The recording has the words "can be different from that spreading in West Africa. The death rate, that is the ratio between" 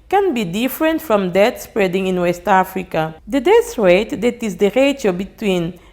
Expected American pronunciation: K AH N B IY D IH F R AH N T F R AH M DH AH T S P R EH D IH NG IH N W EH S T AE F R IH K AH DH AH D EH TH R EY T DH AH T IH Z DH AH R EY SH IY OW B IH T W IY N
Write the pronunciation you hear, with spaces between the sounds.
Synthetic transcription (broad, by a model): K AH N B IY D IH F R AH N T F R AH M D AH T S P R EH D IH NG IH N W EH S T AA F R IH K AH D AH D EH S R EY T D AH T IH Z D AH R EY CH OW B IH T W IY N